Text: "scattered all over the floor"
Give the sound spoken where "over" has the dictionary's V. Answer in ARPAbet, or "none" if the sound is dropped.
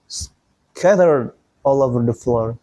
V